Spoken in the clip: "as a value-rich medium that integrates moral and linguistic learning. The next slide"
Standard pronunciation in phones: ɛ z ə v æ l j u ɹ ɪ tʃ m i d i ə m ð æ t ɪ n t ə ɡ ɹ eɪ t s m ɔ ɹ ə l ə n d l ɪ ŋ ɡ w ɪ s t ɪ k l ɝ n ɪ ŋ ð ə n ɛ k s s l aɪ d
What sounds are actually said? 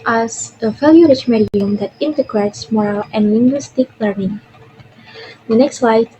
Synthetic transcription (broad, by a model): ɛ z ə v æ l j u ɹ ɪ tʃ m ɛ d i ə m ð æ t ɪ n t ə ɡ ɹ eɪ t s m ɔ ɹ ə l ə n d l ɪ ŋ ɡ w ɪ s t ɪ k l ɝ n ɪ ŋ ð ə n ɛ k s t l aɪ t